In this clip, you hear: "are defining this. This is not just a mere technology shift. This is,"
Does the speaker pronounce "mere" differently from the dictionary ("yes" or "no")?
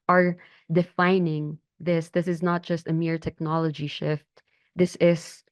no